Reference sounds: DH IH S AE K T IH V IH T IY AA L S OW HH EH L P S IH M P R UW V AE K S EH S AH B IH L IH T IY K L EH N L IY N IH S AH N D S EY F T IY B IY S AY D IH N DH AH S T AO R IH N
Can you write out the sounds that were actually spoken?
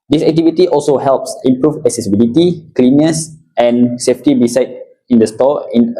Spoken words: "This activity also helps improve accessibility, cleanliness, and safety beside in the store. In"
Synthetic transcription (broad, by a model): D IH S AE K T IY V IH T IY AA L S OW HH EH L P S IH M P R UW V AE K S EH S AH B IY L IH T IY K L L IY N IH S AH N S EY F T IY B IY S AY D IH N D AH S T AO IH N